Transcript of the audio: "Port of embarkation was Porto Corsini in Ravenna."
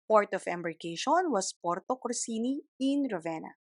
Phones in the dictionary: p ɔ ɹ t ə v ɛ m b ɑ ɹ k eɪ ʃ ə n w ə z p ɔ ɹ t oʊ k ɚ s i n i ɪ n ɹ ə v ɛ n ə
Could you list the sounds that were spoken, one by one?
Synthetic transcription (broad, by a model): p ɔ ɹ t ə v ɛ m b ɑ ɹ k eɪ ʃ ə n w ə s p ɔ ɹ t oʊ k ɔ s i n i ɪ n ɹ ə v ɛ n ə